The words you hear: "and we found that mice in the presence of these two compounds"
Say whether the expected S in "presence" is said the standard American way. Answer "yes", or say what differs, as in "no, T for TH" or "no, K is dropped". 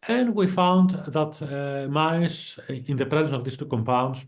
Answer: no, S is dropped